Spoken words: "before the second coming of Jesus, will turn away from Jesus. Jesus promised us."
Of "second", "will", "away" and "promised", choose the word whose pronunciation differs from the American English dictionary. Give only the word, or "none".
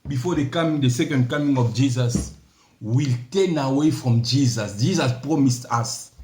none